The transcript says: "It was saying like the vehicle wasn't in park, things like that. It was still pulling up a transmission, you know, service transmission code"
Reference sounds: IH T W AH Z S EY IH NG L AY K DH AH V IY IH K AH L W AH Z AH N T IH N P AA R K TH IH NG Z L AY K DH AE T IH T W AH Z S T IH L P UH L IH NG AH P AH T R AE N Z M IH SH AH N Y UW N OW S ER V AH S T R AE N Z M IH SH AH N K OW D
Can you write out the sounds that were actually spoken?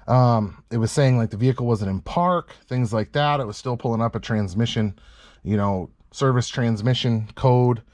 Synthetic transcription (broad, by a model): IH T W AH Z S EY IH NG L AY K DH AH V IY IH K L W AH Z AH N T IH N P AA R K TH IH NG Z L AY K DH AE T IH T W AH Z S T IH L P UH L IH NG AH P AH T R AE N Z M IH SH AH N Y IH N OW S ER V AH S T R AE N Z M IH SH AH N K OW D